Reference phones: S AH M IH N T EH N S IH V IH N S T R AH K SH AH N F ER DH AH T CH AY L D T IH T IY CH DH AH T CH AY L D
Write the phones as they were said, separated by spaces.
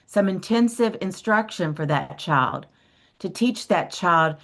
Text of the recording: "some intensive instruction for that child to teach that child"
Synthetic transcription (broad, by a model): S AH M IH N T EH N S IH V IH N S T R AH K SH AH N F ER DH AH T CH AY L D T IH T IY CH DH AH T CH AY L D